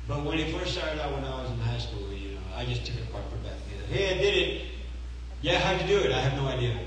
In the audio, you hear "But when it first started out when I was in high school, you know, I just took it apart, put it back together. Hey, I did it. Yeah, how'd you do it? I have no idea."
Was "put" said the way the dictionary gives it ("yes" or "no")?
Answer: no